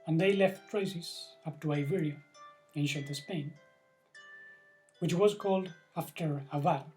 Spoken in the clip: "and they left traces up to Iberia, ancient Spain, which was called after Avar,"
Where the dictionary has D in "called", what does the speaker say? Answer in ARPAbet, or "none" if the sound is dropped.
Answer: D